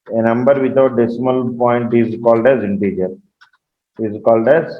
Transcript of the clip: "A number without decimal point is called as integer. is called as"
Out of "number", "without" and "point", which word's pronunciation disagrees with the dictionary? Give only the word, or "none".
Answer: without